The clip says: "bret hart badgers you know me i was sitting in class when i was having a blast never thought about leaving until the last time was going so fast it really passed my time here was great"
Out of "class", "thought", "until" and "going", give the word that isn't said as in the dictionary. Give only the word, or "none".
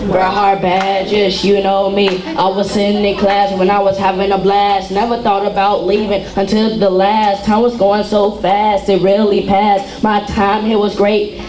none